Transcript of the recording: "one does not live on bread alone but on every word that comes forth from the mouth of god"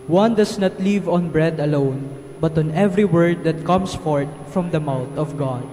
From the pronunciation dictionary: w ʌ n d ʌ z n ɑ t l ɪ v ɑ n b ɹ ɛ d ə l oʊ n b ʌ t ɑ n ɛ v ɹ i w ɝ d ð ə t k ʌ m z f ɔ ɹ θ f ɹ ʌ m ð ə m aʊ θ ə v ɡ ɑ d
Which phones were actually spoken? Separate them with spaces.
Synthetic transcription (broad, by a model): w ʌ n d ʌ s n ɑ t l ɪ v ɑ n b ɹ ɛ d ə l oʊ n b ʌ t ɑ n ɛ v ɹ i w ɝ d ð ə t k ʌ m s f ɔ ɹ t f ɹ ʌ m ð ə m aʊ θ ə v ɡ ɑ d